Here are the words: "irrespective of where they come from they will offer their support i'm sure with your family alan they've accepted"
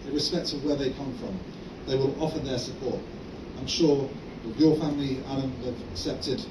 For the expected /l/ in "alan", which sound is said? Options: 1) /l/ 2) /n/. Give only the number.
2